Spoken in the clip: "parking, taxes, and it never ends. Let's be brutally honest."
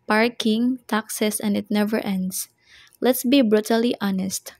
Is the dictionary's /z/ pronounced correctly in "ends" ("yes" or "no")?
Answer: no